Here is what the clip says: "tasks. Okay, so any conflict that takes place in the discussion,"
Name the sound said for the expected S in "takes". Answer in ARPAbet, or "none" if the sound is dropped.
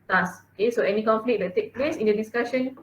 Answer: none